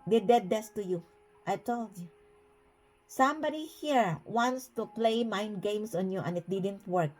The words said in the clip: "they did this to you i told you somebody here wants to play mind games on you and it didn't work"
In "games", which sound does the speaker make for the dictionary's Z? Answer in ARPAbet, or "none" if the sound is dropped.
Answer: S